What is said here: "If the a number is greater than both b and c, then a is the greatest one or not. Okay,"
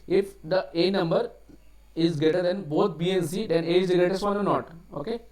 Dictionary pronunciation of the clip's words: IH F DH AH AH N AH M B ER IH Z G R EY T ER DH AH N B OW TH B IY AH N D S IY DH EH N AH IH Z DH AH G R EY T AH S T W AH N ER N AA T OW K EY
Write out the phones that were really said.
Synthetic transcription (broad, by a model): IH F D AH AH N AH M B ER IH Z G EY T ER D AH N B OW T B IY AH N S IY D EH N AH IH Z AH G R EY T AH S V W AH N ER N AA T OW K EY